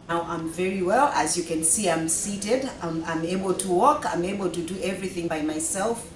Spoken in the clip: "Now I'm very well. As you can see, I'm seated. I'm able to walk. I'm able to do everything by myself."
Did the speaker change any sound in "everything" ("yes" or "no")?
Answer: no